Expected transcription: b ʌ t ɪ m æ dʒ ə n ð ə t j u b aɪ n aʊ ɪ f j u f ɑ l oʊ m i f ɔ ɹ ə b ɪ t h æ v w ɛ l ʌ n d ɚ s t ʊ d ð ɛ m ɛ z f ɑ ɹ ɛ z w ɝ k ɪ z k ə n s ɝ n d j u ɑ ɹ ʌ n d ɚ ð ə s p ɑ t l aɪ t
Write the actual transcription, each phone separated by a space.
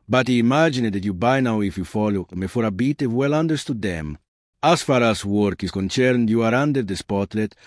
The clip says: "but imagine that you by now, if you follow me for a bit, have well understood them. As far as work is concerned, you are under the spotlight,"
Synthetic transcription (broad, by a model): b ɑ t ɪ m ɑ dʒ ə n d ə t j u b aɪ n aʊ ɪ f j u f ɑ l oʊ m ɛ f ɔ ɹ ə b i t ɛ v w ɛ l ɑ n d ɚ s t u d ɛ m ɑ s f ɑ ɹ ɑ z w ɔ k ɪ s k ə n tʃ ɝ n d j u ɑ ɹ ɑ n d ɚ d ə s p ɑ t l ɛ t